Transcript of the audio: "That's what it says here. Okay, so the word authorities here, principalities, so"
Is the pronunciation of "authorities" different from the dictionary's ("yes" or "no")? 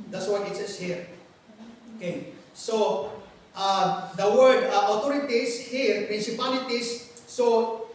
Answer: yes